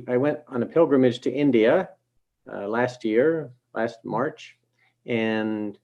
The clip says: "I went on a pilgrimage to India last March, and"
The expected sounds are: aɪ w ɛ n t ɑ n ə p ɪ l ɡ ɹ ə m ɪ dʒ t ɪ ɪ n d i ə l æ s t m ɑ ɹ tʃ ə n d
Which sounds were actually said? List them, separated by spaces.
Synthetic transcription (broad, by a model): aɪ w ɛ n t n ə p ɪ l ɡ ɹ ə m ɪ dʒ t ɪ ɪ n d i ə l æ s t m ɑ ɹ tʃ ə n